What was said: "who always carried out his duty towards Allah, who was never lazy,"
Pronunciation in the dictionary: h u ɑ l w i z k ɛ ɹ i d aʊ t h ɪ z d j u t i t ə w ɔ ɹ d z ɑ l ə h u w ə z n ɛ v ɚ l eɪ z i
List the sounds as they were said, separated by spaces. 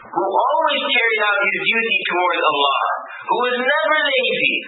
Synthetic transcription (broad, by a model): h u ɑ l w i z k ɛ ɹ i d aʊ t h ɪ z d j u t i t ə w ɔ ɹ d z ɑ l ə h u w ə z n ɛ v ɚ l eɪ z i